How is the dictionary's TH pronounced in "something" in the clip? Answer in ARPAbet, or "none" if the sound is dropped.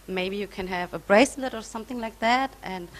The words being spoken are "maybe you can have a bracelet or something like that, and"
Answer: TH